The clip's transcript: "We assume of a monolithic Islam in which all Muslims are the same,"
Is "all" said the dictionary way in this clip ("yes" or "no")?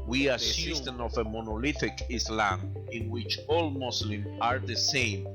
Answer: yes